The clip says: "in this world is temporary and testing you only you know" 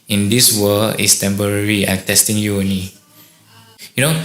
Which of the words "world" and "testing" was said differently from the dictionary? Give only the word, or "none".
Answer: world